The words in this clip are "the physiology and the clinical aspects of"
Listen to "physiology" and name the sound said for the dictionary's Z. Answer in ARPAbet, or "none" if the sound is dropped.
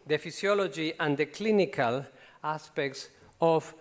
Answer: S